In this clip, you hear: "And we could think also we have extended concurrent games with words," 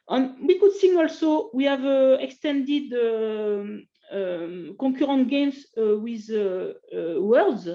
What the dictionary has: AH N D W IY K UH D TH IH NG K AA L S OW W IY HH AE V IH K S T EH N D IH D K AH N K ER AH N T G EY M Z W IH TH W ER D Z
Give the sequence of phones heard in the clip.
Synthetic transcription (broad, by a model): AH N W IY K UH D S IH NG AA L S OW W IY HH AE V IH K S T EH N D IH D K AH K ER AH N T G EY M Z W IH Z W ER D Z